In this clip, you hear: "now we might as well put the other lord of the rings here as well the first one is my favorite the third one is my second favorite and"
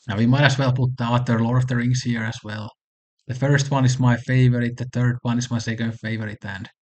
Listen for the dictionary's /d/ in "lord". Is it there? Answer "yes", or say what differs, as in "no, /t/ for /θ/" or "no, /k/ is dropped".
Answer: no, /d/ is dropped